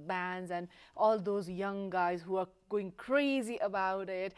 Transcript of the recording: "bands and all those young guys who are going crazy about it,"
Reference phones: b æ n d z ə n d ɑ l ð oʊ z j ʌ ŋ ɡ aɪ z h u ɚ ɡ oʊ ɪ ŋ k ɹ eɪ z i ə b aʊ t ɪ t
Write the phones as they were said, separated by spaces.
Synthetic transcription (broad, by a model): b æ n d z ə n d ɑ l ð oʊ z j ʌ ŋ ɡ aɪ z h u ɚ ɡ oʊ ɪ ŋ k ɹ eɪ z i ə b aʊ t ɪ t